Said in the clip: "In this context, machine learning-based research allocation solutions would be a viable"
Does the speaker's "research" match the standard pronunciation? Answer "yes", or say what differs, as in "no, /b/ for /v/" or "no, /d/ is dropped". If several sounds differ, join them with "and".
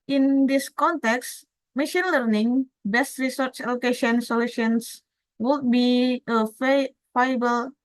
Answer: yes